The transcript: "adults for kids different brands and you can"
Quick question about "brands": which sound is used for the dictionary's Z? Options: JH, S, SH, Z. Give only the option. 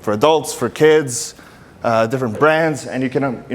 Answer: Z